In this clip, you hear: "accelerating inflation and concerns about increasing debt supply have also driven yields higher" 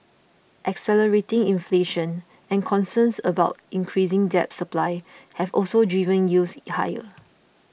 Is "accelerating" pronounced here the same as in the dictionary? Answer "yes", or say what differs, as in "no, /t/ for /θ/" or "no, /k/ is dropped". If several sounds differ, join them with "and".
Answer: yes